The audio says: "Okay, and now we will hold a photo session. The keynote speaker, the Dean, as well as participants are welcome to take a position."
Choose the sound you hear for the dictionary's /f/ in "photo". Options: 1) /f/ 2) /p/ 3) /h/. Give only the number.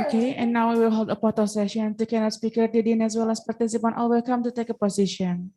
2